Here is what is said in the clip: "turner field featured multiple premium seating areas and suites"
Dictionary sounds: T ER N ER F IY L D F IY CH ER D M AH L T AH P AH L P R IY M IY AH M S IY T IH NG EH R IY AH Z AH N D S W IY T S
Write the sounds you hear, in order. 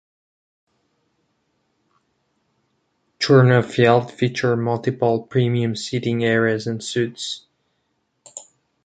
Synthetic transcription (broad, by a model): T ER N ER F IY L D F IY CH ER M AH L T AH P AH L P R IY M IY AH M S IY T IH NG EH R IY AH Z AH N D S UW T S